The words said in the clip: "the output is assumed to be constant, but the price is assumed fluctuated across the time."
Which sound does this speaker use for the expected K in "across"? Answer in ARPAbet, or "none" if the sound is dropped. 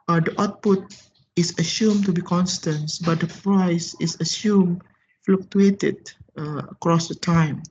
K